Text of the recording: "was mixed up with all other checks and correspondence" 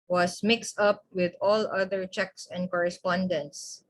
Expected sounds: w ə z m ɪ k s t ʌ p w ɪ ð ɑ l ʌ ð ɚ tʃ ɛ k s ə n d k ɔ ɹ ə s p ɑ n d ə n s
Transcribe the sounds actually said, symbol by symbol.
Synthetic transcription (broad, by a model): w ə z m ɪ k s t ʌ p w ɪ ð ɑ l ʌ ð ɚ tʃ ɛ k s ə n d k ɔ ɹ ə s p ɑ n d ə n s